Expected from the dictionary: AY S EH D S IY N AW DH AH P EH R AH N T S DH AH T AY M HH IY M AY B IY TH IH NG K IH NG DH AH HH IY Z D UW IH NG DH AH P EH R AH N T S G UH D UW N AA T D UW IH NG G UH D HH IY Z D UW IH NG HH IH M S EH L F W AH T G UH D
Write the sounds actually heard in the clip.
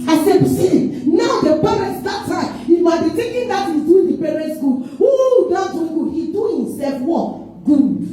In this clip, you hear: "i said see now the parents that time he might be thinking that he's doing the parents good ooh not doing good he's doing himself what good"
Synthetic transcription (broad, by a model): AY S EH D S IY N AW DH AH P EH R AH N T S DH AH T AY M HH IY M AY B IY T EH K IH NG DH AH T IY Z D UW IH NG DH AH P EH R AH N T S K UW UW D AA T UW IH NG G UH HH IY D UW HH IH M S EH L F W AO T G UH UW